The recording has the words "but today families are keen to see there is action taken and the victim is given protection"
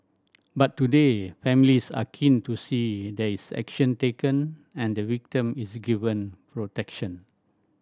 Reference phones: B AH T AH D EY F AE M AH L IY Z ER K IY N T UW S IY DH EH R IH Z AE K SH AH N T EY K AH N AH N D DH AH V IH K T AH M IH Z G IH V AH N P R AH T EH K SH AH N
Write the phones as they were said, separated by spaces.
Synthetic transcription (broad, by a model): B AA T AH D EY F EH M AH L IY S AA K IY N T UW S IY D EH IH S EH K SH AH N T EY K AH N AH N D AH W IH K T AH M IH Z G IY V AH N P R AH T EH K SH AH N